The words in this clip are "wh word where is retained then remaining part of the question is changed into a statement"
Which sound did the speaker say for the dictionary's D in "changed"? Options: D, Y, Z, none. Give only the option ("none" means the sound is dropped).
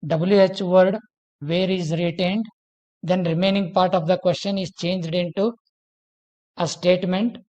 D